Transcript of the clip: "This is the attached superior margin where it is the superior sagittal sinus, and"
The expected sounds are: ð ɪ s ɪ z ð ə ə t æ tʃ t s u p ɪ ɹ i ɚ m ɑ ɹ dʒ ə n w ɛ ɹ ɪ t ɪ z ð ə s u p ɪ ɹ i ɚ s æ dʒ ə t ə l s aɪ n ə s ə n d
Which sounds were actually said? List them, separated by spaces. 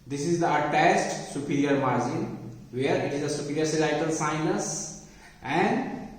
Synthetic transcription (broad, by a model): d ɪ s ɪ z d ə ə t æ s t s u p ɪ ɹ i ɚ m ɑ ɹ dʒ ə n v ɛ ɹ ɪ t ɪ z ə s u p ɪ ɹ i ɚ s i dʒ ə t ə l s aɪ n ə s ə n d